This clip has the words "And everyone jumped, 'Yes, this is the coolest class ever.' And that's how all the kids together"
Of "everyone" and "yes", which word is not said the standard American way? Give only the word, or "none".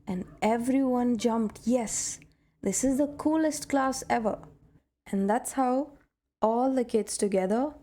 none